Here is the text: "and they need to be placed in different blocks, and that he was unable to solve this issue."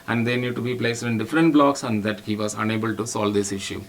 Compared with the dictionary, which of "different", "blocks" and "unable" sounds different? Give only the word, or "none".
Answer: none